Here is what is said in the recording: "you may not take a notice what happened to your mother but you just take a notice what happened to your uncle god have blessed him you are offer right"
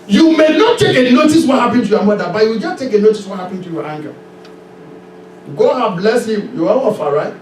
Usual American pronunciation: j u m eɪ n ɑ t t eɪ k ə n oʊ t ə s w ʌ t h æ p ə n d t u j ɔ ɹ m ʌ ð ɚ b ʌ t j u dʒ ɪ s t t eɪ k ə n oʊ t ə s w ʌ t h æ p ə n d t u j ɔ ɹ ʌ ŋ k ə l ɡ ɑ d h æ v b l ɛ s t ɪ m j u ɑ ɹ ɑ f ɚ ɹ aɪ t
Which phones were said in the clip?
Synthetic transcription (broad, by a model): j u m eɪ n ɑ t t eɪ k ə n oʊ t ə s w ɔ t h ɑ p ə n t u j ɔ m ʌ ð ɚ b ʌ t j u dʒ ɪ s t t eɪ k ə n oʊ t ə s w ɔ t h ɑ p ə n t u j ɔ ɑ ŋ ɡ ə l ɡ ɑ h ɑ b l ɛ s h ɪ m j u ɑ l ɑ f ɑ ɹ aɪ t